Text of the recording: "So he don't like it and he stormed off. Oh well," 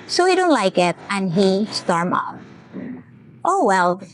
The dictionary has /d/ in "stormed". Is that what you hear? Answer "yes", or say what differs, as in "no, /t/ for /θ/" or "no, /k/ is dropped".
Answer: no, /d/ is dropped